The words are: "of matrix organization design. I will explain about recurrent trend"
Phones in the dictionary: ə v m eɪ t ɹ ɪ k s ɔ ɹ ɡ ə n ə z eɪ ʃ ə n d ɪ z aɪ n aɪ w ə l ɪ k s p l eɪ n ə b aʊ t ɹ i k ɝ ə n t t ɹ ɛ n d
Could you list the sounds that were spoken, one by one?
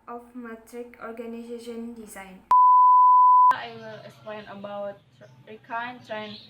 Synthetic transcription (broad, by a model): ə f m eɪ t ɹ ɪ k ɔ ɹ ɡ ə n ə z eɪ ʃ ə n d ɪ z aɪ n aɪ w ə l ɪ k s p l eɪ n ə b aʊ t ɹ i k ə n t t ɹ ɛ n